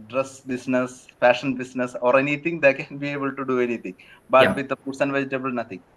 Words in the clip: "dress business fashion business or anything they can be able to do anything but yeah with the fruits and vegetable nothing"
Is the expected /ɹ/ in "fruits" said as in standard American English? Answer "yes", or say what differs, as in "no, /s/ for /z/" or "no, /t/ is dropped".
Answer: no, /ɹ/ is dropped